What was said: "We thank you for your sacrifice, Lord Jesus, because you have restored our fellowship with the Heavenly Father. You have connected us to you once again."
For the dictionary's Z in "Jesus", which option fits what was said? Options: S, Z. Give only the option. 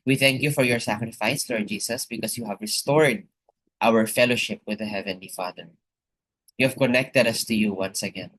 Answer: S